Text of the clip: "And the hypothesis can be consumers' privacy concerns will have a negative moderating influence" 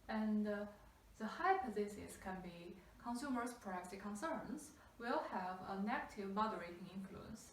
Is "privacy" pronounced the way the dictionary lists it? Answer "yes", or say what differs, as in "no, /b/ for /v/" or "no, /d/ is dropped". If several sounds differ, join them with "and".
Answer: no, /v/ is dropped